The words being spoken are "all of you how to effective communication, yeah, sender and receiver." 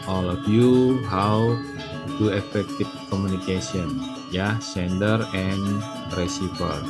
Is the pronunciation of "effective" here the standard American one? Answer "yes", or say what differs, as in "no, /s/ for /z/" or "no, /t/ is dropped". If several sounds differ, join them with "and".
no, /f/ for /v/